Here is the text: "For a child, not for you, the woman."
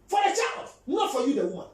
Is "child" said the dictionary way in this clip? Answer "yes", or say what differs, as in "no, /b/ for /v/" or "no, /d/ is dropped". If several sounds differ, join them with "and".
yes